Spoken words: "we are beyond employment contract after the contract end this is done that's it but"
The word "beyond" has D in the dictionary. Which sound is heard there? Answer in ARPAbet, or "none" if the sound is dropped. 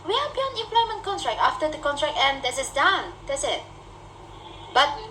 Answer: none